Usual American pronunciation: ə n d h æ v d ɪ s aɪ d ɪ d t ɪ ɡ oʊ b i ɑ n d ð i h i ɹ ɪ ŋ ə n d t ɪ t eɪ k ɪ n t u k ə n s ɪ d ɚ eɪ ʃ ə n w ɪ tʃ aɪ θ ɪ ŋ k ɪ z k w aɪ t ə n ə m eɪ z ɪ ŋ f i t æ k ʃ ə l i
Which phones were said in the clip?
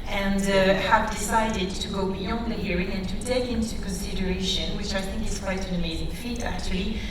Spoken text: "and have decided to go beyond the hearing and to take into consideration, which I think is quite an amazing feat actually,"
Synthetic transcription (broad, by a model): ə n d h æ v d ɪ s aɪ d ɪ d t ɪ ɡ oʊ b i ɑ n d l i h i ɹ ɪ ŋ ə n t ɪ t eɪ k ɪ n t u k ə n s ɪ d ɚ eɪ ʃ ə n w ɪ tʃ aɪ θ ɪ ŋ k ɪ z k w aɪ t ə n ə m eɪ z ɪ ŋ f i t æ k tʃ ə l i